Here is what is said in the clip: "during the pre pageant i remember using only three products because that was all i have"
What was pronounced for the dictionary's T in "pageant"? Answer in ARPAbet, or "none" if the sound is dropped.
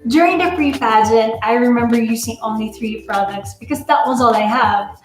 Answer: none